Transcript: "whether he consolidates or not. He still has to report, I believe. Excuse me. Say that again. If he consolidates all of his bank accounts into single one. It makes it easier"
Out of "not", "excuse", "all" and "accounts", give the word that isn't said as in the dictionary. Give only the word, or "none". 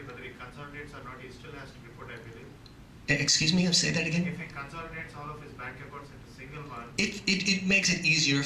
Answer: accounts